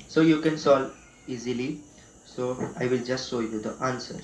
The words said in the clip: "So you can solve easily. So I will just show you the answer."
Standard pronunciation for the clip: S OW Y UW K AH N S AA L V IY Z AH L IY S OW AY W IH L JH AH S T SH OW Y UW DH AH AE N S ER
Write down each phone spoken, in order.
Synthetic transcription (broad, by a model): S OW Y UW K AH N S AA L IY Z AH L IY S OW AY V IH L JH AH S T SH OW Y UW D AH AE N S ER